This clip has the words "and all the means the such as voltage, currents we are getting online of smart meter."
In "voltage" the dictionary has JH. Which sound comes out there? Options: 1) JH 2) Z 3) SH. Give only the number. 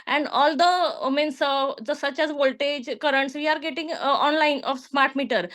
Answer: 1